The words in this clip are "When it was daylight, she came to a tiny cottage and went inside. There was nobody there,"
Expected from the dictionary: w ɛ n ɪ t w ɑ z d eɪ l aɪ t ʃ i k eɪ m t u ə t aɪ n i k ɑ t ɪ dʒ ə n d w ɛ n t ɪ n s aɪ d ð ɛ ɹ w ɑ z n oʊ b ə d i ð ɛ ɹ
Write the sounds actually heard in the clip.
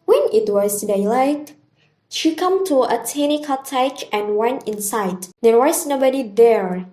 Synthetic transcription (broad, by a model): w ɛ n ɪ t w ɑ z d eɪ l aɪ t ʃ i k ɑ m t u ə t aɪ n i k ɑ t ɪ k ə n w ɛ n ɪ n s aɪ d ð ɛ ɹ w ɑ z n oʊ b ə d i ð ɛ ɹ